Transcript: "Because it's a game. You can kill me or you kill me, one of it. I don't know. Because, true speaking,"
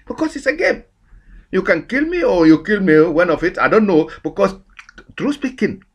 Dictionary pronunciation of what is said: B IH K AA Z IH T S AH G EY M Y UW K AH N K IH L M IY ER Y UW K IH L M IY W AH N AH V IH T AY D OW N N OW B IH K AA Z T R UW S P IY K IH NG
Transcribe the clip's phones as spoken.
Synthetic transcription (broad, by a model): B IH K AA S IH T S AH G EY M Y UW K AH N K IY L M IY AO Y UW K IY L M IY W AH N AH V IH T AY D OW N N OW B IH K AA S T R UW S P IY K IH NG